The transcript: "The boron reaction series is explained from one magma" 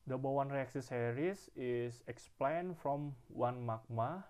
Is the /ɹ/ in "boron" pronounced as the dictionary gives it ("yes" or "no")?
no